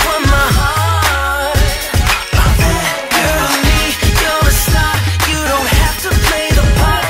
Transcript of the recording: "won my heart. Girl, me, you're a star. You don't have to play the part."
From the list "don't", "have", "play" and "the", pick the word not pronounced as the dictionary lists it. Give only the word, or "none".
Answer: have